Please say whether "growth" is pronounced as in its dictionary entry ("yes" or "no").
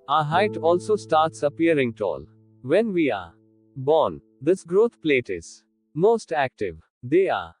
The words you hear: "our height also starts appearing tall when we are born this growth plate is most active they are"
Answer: no